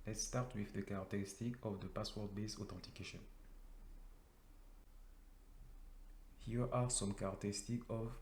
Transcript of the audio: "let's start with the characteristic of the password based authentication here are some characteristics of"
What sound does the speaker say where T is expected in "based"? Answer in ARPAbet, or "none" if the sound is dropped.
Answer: none